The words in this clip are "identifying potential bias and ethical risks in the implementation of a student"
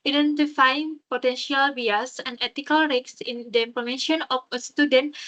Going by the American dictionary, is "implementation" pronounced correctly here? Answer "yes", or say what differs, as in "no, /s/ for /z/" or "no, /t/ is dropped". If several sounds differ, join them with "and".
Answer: no, /ʃ/ is dropped